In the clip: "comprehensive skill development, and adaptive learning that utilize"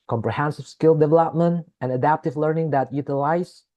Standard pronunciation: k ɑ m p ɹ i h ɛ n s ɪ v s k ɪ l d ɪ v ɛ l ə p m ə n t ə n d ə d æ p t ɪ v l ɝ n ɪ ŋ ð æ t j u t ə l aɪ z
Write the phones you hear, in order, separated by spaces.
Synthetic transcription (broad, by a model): k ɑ m p ɹ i h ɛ n s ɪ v s k ɪ l d ɪ v ɛ l ə p m ə n t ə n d ə d æ p t ɪ v l ɝ n ɪ ŋ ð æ t j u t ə l aɪ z